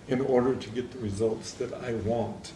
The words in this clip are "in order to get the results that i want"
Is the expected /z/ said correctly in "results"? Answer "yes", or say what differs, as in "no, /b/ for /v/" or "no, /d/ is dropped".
yes